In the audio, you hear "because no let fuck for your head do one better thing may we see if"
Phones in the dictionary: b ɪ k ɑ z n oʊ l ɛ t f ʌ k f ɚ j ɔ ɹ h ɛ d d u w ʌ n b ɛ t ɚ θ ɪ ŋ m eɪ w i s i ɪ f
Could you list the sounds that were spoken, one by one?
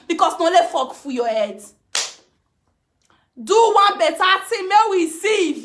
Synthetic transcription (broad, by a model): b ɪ k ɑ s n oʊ l ɛ t f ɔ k f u j ɔ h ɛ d d u w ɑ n b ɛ t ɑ t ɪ m eɪ w i s i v